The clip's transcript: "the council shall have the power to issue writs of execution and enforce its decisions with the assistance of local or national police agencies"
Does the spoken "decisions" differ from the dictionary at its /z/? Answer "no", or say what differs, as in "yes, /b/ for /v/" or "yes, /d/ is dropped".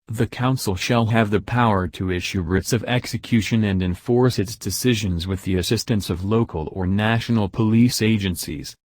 no